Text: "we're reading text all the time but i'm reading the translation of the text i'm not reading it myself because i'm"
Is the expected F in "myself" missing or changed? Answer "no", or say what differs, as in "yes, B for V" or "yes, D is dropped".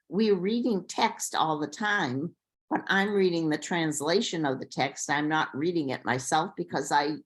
no